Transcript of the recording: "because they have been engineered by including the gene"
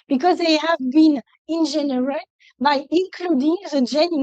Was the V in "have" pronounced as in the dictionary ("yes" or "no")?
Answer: yes